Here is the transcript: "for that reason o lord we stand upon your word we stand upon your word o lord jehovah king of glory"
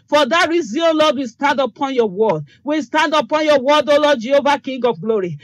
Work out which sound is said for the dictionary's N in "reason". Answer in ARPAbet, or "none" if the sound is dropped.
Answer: none